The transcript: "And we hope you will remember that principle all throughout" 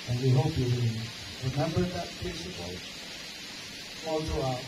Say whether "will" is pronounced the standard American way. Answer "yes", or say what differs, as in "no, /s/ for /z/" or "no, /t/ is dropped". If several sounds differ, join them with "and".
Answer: no, /n/ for /l/